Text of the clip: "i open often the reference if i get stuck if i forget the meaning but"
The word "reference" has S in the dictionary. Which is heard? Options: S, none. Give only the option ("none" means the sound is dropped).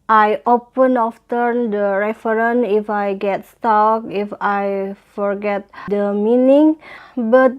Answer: none